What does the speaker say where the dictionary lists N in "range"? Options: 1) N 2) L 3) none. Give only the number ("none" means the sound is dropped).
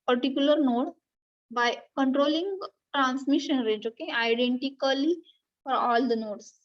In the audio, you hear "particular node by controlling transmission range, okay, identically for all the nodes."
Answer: 3